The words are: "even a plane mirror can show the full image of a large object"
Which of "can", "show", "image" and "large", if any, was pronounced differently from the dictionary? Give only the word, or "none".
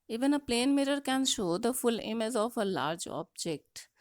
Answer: image